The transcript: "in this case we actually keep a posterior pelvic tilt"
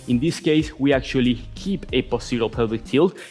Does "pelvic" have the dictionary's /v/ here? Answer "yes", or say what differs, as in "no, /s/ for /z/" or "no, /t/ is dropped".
no, /v/ is dropped